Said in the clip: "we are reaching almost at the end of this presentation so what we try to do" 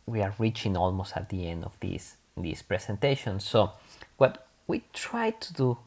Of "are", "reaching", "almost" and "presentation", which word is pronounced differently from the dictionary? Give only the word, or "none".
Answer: presentation